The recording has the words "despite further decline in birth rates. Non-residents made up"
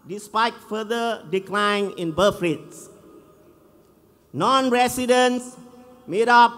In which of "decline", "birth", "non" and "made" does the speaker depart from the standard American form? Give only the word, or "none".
birth